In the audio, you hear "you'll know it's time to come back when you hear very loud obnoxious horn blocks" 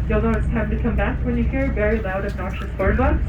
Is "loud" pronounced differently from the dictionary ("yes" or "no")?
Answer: no